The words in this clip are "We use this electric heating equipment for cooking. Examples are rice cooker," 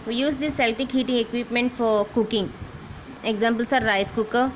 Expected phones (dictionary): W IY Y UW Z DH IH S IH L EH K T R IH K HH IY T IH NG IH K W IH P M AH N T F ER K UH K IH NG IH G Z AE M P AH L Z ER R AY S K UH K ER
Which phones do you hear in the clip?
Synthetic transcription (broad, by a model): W IY Y UW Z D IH S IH L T IH K HH IY T IH NG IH K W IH P M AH N T F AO K UH K IH NG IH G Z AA M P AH L S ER R AY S K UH K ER